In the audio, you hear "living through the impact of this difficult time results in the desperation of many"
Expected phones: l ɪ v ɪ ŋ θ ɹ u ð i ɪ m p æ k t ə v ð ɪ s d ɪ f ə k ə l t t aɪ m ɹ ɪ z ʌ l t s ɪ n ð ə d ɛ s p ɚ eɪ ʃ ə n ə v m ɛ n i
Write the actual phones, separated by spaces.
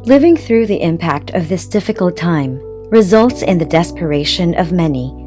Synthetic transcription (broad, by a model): l ɪ v ɪ ŋ θ ɹ u ð i ɪ m p æ k t ə v ð ɪ s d ɪ f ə k l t t aɪ m ɹ ɪ z ʌ l t s ɪ n ð ə d ɛ s p ɚ eɪ ʃ ə n ə v m ɛ n i